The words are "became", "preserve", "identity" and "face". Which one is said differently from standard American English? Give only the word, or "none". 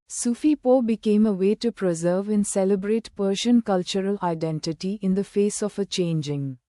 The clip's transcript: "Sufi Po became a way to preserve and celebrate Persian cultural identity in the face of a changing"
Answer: none